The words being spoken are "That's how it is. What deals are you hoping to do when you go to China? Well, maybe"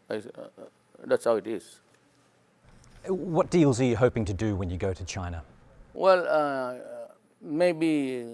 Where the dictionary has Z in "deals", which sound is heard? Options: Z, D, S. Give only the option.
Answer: Z